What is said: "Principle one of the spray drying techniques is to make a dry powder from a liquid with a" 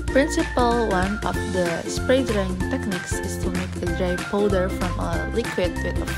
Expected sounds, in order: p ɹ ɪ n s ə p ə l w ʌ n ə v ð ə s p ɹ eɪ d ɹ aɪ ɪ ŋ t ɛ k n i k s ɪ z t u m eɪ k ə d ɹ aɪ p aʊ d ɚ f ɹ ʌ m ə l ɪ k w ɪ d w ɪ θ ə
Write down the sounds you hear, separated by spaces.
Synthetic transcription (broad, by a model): p ɹ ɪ n s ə p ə l w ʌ n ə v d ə s p ɹ eɪ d ɹ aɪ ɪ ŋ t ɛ k n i k s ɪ s t u m eɪ k ə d ɹ aɪ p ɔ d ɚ f ɹ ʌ m ə l ɪ k w ɪ d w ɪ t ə